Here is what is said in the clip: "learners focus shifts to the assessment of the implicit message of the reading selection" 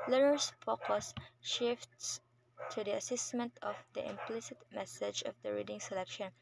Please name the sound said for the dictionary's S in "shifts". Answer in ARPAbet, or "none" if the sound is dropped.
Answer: S